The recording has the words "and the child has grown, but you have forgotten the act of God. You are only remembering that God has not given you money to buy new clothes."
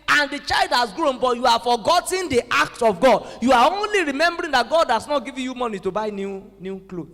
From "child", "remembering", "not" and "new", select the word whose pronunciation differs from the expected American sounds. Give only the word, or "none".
none